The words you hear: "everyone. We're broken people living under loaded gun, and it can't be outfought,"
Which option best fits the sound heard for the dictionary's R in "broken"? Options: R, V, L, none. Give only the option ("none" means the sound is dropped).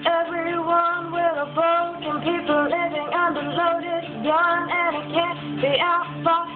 none